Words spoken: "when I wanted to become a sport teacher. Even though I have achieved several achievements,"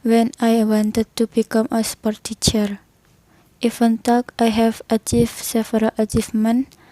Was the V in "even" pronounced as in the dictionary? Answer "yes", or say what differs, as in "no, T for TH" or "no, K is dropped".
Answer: no, F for V